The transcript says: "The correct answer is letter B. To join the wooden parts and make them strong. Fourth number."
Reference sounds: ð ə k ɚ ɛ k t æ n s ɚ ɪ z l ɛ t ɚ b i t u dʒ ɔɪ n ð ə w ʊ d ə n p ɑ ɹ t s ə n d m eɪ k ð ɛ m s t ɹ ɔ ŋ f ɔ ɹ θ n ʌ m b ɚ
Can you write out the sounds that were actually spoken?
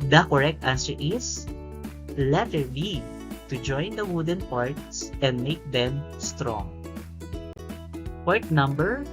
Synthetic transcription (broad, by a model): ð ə k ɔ ɛ k t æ n s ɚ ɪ s l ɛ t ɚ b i t u dʒ ɔɪ n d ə w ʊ d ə n p ɑ ɹ t s ə n d m eɪ k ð ɛ m s t ɹ ɔ ŋ p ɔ ɹ t n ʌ m b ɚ